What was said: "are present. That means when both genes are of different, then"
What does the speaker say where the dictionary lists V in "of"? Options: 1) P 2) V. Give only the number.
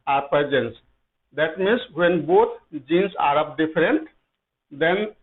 1